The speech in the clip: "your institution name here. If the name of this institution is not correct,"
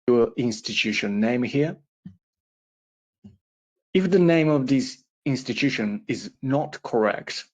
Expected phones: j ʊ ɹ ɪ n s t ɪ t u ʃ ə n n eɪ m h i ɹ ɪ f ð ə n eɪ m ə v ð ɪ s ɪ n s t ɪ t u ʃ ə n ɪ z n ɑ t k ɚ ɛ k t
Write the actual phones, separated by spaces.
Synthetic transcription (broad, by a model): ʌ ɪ n s t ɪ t u ʃ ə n n eɪ m h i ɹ ɪ f ð ə n eɪ m ə v ð ɪ s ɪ n s t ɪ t u ʃ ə n ɪ z n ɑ t k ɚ ɛ k t